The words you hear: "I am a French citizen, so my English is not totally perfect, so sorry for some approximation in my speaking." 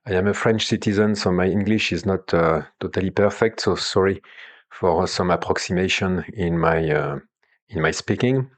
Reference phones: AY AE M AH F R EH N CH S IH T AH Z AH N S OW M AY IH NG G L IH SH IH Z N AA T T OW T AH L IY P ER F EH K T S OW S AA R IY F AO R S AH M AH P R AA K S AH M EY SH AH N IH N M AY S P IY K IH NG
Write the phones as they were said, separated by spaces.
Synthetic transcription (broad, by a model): AY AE M AH F R EH N CH S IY T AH Z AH N S OW M AY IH NG G L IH SH IH Z N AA T T OW T AH L IY P ER F EH K T S OW S AA R IY F AO R S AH M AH P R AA K S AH M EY SH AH N IH N M AY S P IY K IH NG